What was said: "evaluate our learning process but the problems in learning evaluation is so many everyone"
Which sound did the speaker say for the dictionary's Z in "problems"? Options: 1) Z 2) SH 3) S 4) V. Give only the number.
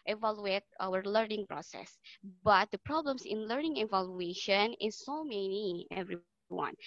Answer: 3